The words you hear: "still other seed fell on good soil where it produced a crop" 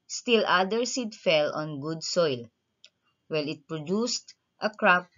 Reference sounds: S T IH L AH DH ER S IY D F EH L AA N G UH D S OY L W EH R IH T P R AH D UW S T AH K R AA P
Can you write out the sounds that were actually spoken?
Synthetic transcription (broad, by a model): S T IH L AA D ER S IY D F EH L AA N G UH D S OY L W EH L IH T P R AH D UW S T AH K R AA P